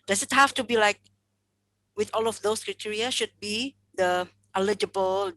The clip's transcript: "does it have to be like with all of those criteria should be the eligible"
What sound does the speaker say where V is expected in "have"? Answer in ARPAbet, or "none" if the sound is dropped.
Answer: F